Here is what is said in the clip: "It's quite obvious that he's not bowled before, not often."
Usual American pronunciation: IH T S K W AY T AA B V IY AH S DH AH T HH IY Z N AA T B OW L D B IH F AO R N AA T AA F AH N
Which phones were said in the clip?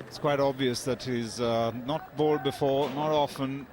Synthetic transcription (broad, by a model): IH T S K W AY T AA B V IY AH S DH AH T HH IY Z N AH T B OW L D B IH F AO R N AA T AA F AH N